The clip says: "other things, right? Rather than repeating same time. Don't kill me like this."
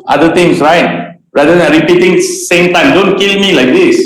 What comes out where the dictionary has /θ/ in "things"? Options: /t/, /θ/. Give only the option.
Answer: /t/